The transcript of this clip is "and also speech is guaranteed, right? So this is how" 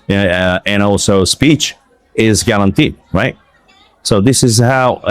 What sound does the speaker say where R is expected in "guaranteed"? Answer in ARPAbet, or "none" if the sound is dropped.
L